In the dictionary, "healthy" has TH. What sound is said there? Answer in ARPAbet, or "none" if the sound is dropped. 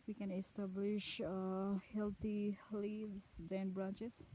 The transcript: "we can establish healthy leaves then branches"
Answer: T